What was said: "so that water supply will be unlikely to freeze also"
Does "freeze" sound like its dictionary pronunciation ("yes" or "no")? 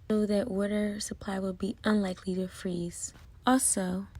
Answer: yes